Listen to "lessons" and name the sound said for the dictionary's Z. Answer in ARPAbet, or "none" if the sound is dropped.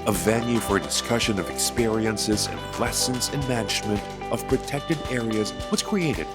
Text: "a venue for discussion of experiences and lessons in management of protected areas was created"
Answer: Z